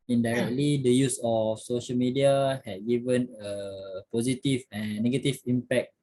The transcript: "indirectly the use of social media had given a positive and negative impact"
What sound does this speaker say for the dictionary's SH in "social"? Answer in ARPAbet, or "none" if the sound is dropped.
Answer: SH